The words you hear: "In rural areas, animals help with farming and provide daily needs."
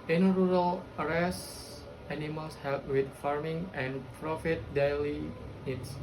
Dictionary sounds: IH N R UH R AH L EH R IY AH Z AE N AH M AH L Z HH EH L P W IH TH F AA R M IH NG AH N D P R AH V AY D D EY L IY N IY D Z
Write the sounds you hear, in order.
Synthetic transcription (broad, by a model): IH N R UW R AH L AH R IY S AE N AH M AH L S HH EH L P W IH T F AA R M IH NG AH N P R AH F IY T D EY L IY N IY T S